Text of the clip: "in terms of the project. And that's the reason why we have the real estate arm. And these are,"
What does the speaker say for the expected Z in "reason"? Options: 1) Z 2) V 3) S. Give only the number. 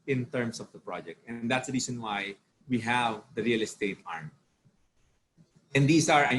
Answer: 3